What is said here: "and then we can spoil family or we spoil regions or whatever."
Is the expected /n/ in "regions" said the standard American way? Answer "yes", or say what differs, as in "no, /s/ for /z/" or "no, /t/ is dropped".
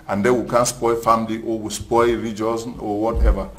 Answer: no, /n/ is dropped